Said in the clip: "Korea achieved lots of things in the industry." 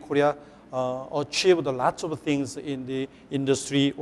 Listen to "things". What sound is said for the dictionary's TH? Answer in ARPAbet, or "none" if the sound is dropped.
T